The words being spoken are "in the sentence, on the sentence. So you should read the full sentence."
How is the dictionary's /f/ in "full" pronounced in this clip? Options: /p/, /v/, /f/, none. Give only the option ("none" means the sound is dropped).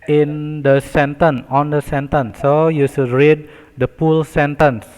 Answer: /p/